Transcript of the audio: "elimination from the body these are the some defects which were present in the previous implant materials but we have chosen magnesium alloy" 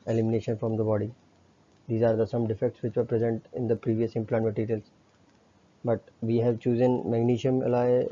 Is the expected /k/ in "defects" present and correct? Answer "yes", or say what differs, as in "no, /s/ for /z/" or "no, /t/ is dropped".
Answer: yes